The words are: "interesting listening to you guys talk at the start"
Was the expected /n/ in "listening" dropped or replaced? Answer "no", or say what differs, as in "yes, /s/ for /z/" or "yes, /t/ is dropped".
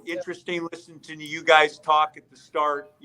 yes, /n/ is dropped